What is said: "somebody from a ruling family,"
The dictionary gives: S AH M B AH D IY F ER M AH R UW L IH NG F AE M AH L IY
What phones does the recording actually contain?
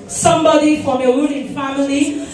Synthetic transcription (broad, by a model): S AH M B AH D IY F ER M AH W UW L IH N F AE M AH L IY